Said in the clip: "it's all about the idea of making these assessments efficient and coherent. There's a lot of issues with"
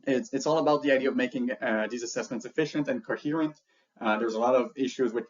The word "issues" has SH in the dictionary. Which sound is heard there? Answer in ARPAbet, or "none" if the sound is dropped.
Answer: SH